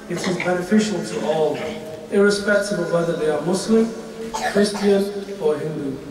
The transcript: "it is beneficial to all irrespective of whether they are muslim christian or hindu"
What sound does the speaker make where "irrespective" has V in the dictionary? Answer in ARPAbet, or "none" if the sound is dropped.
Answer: B